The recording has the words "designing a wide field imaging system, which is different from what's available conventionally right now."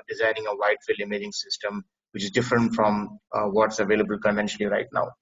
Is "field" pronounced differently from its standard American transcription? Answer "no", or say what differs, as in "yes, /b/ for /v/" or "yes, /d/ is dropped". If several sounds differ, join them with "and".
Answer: yes, /d/ is dropped